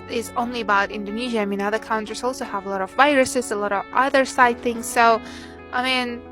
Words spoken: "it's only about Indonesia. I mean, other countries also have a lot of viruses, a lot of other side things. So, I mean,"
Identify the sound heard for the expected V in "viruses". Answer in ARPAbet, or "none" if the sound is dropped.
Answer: V